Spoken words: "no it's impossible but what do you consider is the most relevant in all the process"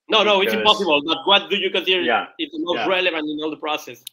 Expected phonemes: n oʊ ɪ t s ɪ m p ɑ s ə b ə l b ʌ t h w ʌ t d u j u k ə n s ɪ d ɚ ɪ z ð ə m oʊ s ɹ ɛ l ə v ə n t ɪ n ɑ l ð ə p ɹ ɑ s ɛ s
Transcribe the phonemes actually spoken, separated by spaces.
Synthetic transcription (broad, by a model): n oʊ ɪ t s ɪ m p ɑ s ə b ə l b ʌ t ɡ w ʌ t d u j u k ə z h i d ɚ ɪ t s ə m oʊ ɹ ɛ l ə v ə n t ɪ n ɑ l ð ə p ɹ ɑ s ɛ s